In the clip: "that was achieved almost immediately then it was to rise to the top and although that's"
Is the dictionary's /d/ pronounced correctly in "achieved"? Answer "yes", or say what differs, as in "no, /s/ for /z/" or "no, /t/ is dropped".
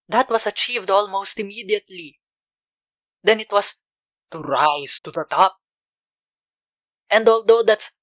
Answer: yes